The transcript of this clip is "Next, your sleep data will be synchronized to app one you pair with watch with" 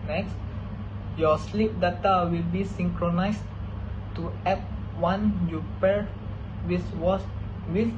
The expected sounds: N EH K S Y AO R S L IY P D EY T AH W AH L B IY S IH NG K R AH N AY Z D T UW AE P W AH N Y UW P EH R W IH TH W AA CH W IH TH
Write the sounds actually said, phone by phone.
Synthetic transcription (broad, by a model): N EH K S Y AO S L IY P D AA T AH W AH L B IY S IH NG K R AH N AY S T UW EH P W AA N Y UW P EH R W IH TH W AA S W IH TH